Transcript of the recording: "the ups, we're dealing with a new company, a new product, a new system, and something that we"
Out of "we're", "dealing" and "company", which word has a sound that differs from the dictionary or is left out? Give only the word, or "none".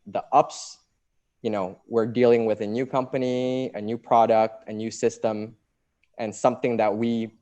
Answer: none